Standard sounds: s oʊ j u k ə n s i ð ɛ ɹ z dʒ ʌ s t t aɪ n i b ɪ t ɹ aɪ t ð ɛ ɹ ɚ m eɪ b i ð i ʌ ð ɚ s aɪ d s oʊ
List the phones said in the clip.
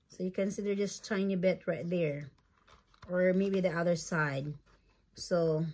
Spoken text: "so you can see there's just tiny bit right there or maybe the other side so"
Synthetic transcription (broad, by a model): s oʊ j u k ə n s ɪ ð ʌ ɹ dʒ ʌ s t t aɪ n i b ɪ t ɹ aɪ t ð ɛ ɹ ɚ m eɪ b i ð i ʌ ð ɚ s aɪ d s oʊ